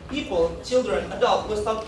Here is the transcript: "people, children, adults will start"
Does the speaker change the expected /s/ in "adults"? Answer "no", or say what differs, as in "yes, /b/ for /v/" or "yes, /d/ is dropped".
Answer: yes, /s/ is dropped